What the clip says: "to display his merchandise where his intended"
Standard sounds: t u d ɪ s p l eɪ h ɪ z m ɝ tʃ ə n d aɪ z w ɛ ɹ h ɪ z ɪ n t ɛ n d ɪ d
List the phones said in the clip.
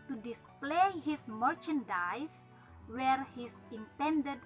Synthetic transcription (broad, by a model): t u d ɪ s p l eɪ h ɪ s m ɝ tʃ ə n d aɪ s w ɛ ɹ h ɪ s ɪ n t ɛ n d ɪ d